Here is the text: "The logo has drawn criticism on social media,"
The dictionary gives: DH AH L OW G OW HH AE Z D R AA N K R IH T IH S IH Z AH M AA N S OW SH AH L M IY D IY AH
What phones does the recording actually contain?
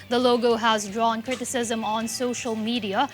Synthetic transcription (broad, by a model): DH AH L OW G OW HH AE Z D R AA N K R IH T IH S IH Z AH M AA N S OW SH AH L M IY D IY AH